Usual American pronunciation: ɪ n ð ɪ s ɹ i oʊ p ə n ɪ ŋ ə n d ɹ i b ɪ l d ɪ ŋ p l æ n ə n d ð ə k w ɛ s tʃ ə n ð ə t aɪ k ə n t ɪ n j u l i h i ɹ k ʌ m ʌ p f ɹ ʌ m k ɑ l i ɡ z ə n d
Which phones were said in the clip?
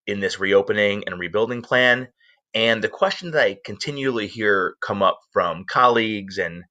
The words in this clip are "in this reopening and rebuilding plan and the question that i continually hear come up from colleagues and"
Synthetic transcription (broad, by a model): ɪ n ð ɪ s ɹ i oʊ p ə n ɪ ŋ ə n ɹ i b ɪ l d ɪ ŋ p l æ n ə n ð ə k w ɛ s tʃ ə n ð ə t aɪ k ə n t ɪ n j u l i h i ɹ k ʌ m ʌ p f ɹ ʌ m k ɑ l i ɡ z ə n